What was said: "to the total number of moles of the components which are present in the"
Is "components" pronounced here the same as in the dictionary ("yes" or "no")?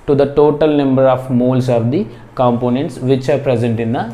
yes